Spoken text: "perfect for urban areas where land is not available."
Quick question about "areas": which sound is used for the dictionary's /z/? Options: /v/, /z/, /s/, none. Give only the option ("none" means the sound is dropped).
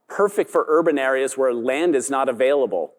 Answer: /z/